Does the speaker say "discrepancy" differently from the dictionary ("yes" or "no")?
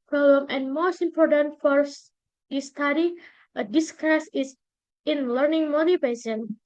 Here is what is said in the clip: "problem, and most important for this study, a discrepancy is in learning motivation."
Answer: yes